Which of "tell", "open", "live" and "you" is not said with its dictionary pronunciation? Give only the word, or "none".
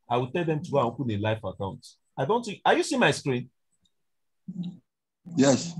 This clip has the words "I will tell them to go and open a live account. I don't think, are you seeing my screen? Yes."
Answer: live